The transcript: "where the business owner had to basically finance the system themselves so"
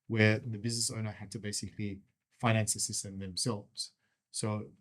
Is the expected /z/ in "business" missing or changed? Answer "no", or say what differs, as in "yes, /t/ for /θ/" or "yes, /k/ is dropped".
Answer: no